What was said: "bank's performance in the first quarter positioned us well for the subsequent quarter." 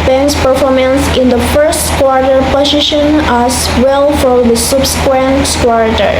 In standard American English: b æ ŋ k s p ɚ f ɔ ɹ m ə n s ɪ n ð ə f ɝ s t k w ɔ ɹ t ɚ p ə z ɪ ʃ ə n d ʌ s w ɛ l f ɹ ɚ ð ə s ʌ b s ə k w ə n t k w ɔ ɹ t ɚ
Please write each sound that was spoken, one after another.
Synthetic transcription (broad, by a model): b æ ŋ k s p ɚ f ɔ ɹ m ə n s ɪ n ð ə f ɝ s t k w ɔ ɹ t ɚ p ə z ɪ ʃ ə n ʌ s w ɛ l f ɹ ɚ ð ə s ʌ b s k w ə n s k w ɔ ɹ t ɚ